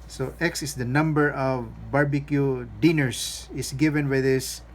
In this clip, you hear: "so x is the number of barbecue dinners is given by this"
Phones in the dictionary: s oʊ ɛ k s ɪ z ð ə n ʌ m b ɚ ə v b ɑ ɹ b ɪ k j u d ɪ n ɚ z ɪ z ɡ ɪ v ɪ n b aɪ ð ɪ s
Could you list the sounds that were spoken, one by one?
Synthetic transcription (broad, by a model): s oʊ ɛ k s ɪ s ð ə n ʌ m b ɚ ə v b ɑ ɹ b ɪ k j u d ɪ n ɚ s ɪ s ɡ ɪ v ɪ n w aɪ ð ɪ s